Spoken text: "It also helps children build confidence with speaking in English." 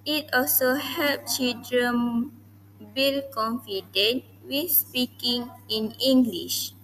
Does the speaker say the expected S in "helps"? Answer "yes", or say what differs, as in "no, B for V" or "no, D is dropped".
no, S is dropped